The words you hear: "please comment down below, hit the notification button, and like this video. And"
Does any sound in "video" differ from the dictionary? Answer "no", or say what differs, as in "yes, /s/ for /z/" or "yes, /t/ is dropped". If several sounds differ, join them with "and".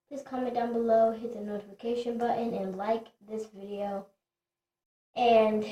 no